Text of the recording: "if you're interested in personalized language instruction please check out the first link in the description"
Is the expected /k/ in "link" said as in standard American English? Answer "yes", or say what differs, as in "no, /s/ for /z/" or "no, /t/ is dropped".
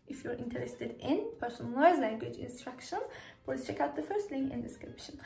no, /k/ is dropped